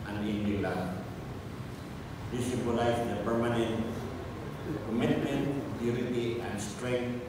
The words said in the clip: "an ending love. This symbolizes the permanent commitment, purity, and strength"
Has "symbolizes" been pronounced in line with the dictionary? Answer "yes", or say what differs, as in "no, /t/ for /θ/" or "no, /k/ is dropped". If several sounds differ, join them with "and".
no, /m/ is dropped